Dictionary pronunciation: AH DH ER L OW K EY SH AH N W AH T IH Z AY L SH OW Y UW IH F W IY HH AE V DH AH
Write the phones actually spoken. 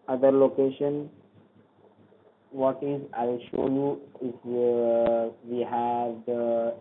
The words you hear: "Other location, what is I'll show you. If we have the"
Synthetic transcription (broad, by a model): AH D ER L OW K EY SH AH N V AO T IH Z AY L SH OW Y UW IH F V IY HH AE V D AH